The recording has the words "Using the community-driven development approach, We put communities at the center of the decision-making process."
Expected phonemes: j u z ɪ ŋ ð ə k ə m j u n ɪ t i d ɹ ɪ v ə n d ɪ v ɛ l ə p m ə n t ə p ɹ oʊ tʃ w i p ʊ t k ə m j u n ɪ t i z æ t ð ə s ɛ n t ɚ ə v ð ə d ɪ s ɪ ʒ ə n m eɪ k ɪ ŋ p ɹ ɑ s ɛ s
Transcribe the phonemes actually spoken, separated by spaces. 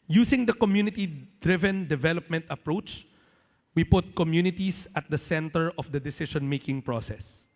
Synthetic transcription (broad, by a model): j u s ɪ ŋ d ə k ə m j u n ɪ t i d ɹ ɪ v ə n d ɪ v ɛ l ə p m ə n t ə p ɹ oʊ tʃ w i p ʊ t k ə m j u n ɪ t i s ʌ t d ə s ɛ n t ɚ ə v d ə d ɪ s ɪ ʃ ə n m eɪ k ɪ ŋ p ɹ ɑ s ɛ s